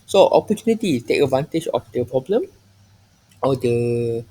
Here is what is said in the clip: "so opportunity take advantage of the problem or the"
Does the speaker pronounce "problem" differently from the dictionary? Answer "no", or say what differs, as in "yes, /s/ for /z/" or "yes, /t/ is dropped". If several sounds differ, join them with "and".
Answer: no